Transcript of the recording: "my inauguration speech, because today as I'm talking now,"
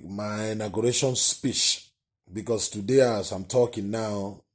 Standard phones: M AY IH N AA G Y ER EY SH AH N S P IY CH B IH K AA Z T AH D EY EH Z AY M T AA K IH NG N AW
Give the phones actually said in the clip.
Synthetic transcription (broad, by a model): M AY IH N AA G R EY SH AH N S P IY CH B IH K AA S T AH D EY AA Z AY M T AA K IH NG N AW